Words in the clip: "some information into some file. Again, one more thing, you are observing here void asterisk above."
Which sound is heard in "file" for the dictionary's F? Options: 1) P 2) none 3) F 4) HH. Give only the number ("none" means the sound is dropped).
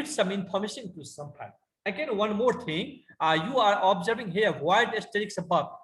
1